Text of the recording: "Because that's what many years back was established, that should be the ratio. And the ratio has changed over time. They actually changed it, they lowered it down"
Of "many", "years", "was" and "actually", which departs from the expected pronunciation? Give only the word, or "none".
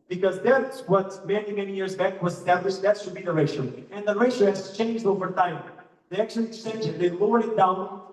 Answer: actually